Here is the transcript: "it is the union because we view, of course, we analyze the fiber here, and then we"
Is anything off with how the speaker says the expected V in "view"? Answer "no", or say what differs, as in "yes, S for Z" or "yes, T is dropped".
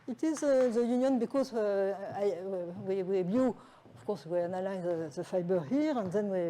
yes, W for V